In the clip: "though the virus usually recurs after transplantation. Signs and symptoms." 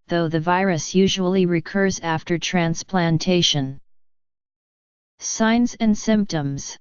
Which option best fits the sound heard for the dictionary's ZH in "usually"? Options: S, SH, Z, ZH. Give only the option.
ZH